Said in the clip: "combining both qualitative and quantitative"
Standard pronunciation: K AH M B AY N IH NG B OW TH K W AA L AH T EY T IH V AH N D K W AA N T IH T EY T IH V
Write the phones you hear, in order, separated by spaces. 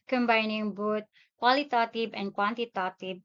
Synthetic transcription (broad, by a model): K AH M B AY N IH NG B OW T K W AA L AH T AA T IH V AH N K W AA N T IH T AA T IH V